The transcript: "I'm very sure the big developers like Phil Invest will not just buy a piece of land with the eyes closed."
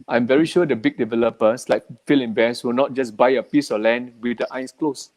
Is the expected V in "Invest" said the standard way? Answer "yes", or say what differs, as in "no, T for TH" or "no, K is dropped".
no, B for V